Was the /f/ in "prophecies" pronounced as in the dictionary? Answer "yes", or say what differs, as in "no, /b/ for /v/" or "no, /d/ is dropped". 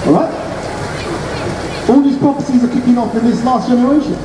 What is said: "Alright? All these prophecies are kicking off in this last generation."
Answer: no, /p/ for /f/